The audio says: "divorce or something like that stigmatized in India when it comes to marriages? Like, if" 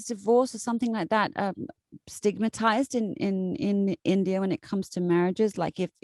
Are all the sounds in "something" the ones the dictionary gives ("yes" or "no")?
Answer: yes